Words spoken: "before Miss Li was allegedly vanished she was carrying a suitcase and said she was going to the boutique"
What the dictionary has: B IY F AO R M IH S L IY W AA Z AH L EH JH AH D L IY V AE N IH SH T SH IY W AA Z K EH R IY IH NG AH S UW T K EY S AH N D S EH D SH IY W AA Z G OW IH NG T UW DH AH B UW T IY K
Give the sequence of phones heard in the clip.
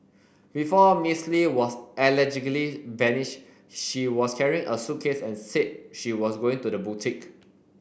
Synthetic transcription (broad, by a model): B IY F AO M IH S L IY W AA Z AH L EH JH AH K L IY B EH N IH SH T SH IY W AA S K EH R IY IH NG AH S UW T K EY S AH N S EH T SH IY W AA S G OW IH NG T UW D AH B UW T IY K